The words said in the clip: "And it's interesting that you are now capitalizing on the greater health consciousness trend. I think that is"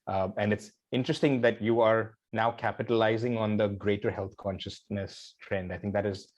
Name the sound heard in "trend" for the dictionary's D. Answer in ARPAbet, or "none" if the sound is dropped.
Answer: D